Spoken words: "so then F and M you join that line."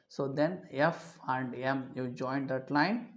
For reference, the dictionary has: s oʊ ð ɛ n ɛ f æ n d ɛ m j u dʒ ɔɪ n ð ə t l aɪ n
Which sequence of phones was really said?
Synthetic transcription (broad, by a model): s oʊ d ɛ n ɛ f æ n d ɛ m j u dʒ ɔɪ n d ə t l aɪ n